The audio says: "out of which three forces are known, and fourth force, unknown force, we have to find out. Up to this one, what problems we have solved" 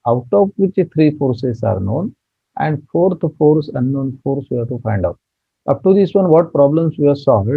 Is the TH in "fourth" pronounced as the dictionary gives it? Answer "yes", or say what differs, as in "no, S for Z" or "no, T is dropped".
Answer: no, T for TH